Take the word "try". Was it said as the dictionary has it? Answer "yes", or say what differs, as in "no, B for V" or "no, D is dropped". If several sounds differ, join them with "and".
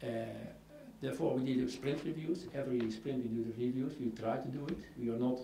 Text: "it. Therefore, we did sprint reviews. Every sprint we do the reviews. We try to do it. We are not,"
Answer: yes